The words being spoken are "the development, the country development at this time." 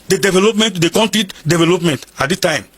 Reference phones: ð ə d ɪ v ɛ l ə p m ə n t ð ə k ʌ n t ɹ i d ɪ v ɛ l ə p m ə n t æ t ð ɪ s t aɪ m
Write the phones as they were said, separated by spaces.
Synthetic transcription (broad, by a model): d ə d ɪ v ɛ l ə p m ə n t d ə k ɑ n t i d ɪ v ɛ l ə p m ə n t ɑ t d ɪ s t aɪ m